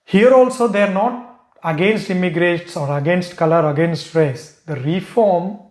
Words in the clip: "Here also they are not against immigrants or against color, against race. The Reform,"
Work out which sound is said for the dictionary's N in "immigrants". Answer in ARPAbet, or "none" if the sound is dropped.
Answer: none